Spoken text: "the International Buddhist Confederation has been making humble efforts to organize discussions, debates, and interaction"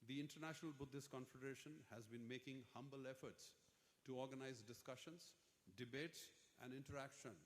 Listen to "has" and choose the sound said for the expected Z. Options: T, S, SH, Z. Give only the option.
Z